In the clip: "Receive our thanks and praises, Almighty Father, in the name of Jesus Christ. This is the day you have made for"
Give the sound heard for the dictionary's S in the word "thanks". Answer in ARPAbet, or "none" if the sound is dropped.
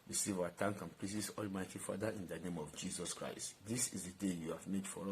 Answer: none